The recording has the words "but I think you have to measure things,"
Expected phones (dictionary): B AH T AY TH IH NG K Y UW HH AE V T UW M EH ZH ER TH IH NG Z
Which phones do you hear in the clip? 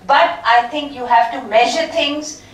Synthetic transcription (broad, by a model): B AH T AY T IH NG K Y UW HH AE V T UW M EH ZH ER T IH NG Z